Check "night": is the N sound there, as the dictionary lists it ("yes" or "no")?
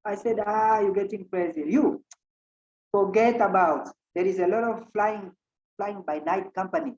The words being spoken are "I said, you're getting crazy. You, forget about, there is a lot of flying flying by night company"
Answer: yes